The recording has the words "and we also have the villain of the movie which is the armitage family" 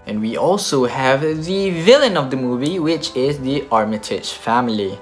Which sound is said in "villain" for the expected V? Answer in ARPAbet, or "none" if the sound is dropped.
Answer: V